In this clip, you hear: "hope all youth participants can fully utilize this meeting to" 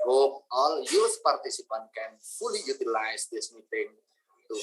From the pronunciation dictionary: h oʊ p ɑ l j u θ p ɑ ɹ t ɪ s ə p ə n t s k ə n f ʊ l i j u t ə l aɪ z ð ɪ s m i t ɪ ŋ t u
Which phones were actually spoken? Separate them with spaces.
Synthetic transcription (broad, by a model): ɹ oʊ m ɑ l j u s p ɑ ɹ t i s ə p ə n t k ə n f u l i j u t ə l aɪ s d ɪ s m i t ɪ ŋ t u